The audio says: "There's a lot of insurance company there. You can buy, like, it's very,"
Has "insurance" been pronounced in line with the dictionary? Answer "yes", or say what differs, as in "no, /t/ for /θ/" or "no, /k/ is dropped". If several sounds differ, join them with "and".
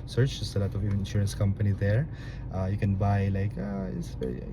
yes